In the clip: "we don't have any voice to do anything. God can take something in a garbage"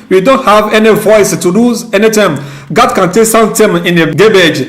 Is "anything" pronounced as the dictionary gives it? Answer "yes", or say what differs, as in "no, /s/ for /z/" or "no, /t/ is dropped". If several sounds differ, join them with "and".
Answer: no, /t/ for /θ/